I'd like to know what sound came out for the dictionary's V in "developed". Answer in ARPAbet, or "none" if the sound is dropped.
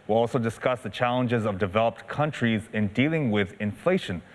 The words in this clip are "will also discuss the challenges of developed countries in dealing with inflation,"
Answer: V